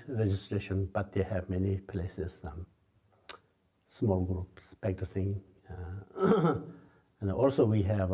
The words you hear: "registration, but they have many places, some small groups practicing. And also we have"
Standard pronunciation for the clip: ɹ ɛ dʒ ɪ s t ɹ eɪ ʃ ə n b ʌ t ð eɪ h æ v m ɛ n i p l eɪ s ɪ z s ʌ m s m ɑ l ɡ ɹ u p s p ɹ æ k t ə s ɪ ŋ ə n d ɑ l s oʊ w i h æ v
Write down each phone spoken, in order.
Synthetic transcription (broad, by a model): ɹ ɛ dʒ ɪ s t ɹ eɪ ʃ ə n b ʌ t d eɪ h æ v m ɛ n i p l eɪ s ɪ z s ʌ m s m ɑ l ɡ ɹ u p s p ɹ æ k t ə s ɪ ŋ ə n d ɑ l s oʊ w i h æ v